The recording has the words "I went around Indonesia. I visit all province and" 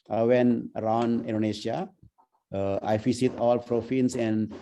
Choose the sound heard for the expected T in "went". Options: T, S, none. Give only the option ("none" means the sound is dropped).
none